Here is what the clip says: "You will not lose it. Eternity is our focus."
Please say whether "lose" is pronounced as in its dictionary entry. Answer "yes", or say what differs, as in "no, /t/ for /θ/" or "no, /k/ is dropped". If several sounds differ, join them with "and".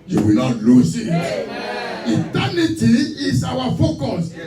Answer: no, /s/ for /z/